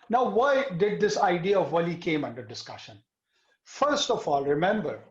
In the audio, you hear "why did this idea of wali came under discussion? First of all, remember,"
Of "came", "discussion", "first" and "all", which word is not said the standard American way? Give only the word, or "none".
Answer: none